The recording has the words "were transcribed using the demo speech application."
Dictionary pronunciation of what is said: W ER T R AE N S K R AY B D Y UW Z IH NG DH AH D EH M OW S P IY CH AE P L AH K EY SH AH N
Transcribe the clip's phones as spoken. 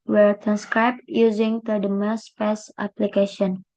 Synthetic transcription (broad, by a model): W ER T R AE N S K R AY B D Y UW Z IH NG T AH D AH M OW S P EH S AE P L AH K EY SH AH N